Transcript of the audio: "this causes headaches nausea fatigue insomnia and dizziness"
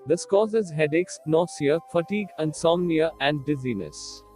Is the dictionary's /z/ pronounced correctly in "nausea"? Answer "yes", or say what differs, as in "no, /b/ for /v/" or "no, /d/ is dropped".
no, /s/ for /z/